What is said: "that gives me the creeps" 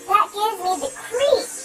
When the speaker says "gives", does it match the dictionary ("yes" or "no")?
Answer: yes